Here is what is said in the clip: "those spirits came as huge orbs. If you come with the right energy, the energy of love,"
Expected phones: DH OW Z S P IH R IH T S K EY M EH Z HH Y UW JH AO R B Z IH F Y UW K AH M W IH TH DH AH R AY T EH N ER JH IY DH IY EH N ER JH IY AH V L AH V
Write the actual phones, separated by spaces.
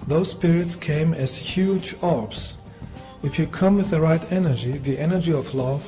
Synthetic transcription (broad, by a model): DH OW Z S P IH R IH T S K EY M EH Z HH Y UW JH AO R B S IH F Y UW K AH M W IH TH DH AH R AY T EH N ER JH IY DH IY EH N ER JH IY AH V L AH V